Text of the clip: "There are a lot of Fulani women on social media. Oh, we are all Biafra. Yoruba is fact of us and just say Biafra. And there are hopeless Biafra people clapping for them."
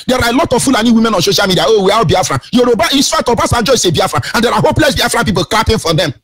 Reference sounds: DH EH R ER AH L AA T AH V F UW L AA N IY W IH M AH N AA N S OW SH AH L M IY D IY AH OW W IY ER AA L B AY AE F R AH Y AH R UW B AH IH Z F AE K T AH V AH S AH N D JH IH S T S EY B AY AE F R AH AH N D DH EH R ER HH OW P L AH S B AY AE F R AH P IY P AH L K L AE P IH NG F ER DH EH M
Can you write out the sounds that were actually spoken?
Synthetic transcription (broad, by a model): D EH R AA AH L AA T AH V F UW L AA N IY W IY M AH N AA N S OW SH AH L M IY D IY AH OW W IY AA W B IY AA F R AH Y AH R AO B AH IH S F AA T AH B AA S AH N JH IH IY S EY B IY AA F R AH AH N D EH R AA HH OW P L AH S B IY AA F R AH P IY P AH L K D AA P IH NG F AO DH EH M